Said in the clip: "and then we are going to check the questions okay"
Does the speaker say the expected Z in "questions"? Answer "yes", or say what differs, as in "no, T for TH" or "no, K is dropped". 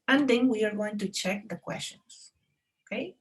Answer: no, S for Z